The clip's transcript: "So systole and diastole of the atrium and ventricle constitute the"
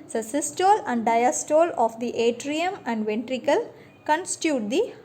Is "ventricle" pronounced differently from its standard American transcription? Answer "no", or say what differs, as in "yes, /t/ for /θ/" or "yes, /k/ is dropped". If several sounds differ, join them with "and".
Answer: no